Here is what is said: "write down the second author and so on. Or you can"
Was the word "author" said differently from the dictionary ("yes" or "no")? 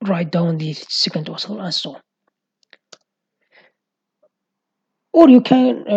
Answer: yes